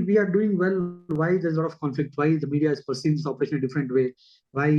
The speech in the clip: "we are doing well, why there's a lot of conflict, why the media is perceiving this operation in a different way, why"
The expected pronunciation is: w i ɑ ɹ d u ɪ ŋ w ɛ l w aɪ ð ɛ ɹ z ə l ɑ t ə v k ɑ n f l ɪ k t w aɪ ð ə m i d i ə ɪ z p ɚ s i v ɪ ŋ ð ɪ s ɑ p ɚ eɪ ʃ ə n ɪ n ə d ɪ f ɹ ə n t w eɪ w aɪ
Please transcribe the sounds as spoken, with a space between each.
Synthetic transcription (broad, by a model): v i ɑ ɹ d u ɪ ŋ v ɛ l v aɪ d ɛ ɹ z l ɑ t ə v k ɑ n f l ɪ k t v aɪ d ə m i d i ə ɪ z p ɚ s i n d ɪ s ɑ p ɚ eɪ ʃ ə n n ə d ɪ f ɹ ə n t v eɪ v aɪ